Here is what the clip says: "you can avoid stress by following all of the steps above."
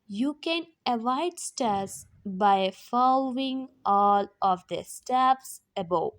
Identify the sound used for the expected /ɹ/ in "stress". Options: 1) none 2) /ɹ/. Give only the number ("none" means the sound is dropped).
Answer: 1